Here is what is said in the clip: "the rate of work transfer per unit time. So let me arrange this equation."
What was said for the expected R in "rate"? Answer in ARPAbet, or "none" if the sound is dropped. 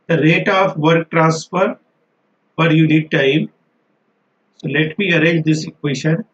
R